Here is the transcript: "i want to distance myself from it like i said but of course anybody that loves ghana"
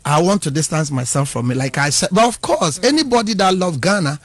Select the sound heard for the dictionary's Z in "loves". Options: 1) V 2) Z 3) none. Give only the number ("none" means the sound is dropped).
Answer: 3